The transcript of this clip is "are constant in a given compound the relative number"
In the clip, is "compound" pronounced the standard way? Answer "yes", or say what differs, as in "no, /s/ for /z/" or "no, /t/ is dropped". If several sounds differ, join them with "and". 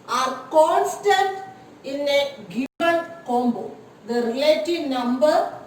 no, /b/ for /p/ and /n/ is dropped